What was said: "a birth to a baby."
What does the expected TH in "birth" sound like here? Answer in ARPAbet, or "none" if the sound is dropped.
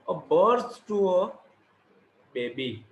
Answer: S